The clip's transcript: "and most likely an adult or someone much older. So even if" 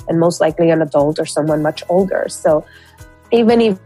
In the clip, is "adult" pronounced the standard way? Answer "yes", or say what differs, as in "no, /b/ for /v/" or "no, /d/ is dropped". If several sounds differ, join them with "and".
yes